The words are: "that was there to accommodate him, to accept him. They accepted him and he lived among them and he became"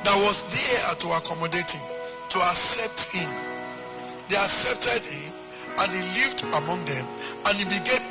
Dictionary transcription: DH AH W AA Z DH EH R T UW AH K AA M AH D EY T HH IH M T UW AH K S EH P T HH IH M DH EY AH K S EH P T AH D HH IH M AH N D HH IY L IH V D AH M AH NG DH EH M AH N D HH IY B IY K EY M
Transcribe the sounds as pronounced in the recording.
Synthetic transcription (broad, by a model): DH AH W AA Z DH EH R T UW AH K AA M AH D EY T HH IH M T UW AH K S EH P T HH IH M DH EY AH K S EH P T AH D HH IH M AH N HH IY L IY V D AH M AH NG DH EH M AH N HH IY B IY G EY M